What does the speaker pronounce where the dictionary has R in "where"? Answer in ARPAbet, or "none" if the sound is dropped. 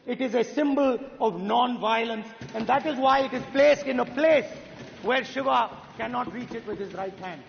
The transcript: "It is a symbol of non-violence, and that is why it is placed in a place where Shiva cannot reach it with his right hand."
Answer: R